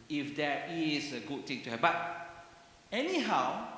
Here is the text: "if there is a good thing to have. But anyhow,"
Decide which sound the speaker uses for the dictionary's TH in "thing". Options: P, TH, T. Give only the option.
T